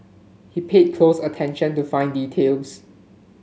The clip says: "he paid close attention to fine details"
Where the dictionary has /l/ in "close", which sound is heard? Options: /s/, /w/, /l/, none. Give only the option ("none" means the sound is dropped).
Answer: /l/